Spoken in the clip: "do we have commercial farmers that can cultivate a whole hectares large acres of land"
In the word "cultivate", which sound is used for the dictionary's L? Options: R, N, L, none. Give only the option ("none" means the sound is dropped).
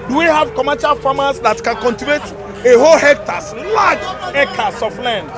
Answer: N